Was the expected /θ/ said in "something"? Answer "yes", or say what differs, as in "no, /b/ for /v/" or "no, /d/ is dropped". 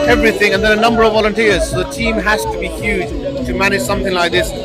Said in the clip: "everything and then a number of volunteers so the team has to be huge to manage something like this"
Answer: yes